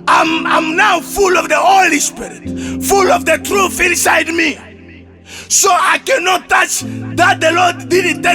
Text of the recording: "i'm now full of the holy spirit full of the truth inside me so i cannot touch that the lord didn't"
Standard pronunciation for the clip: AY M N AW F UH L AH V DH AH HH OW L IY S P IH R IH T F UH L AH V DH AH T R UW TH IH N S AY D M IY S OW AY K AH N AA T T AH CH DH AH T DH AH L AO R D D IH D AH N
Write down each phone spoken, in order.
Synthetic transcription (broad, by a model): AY M N AW F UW L AH V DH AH HH OW L IY S P IH R IH T F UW L AH V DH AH T R UW TH IH N S AY D M IY S OW AY K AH N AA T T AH CH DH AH T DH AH L AO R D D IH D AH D